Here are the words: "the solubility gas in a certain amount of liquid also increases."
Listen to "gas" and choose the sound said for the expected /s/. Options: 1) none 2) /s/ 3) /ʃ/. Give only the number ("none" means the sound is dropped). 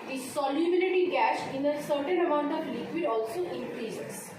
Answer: 3